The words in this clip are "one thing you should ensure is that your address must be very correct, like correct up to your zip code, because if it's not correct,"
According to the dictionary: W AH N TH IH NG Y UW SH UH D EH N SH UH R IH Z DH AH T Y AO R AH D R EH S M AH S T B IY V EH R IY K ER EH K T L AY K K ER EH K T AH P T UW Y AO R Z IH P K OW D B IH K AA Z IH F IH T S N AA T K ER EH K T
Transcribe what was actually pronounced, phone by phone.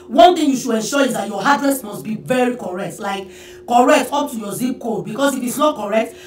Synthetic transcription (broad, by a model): W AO N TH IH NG Y UW SH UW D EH N SH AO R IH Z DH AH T Y AO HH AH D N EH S M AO S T B IY V EH R IY K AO EH K T L AY K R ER EH K T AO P T UW Y AO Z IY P K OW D B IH K AA S IH F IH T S N AA T K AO EH K T